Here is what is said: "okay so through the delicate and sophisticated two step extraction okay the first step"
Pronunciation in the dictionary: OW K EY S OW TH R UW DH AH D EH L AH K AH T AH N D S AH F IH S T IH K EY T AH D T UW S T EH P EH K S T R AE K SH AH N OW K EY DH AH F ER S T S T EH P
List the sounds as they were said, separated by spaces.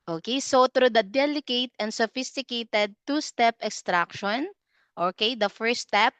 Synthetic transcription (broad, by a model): OW K EY S OW T R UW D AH D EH L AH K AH T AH N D S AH F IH S T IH K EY T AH D T UW S T EH P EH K S T R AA K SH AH N OW K EY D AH F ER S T S T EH P